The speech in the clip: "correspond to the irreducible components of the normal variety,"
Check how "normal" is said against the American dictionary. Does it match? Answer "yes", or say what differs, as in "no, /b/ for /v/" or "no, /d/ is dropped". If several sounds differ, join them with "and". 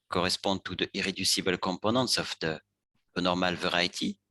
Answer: yes